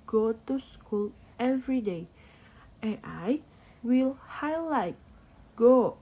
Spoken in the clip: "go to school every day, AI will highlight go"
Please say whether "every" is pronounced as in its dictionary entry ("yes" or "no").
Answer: yes